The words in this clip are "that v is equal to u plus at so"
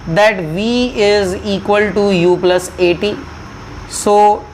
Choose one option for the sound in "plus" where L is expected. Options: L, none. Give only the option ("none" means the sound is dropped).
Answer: L